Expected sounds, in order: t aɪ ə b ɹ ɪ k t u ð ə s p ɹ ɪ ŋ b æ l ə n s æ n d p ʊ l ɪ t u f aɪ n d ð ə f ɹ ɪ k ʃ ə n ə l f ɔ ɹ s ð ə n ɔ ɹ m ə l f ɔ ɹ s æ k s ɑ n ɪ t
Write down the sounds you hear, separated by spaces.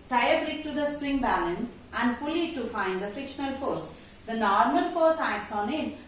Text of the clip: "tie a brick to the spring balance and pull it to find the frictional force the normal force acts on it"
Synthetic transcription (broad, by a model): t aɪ ə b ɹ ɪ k t u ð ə s p ɹ ɪ ŋ b æ l ə n s æ n d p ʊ l ɪ t u f aɪ n d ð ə f ɹ ɪ k ʃ ə n ə l f ɔ ɹ s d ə n ɔ ɹ m ə l f ɔ ɹ s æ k s ɑ n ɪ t